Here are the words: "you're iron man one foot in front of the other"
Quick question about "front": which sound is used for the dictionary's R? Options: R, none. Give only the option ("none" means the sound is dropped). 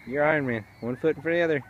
none